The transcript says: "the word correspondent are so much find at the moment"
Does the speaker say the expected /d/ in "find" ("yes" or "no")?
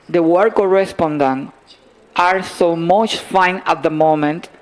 no